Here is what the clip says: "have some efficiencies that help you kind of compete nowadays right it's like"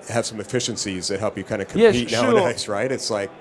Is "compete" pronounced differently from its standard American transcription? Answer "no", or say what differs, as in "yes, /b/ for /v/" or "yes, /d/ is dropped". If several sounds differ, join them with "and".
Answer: yes, /p/ is dropped